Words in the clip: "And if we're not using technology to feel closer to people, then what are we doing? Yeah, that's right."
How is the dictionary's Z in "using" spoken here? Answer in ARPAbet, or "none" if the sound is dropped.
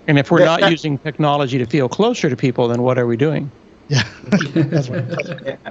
Z